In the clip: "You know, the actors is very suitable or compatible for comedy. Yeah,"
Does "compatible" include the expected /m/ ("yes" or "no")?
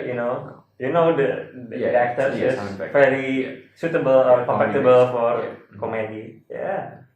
no